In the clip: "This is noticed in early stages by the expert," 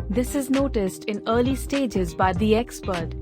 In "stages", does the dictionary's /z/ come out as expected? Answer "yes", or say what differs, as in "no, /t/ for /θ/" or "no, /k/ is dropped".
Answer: yes